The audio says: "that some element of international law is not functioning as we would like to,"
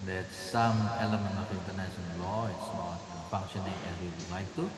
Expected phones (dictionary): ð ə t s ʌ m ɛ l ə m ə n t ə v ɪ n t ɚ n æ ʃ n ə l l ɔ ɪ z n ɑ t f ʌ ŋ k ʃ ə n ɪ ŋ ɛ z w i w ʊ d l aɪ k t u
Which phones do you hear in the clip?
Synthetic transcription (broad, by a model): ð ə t s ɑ m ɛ l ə m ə n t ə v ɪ n t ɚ n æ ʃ ə n l ɔ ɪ s n ɑ t f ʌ ŋ k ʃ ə n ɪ ŋ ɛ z w i w ʊ d l aɪ k t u